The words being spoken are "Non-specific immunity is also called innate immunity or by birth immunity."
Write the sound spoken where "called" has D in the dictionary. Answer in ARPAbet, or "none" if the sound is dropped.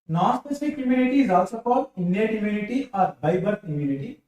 none